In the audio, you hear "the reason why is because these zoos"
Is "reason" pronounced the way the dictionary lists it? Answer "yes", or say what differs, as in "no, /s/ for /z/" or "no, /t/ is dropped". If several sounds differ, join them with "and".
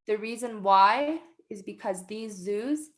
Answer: yes